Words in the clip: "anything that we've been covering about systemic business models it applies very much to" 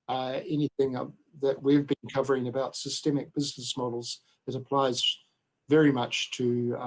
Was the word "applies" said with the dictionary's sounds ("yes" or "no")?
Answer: yes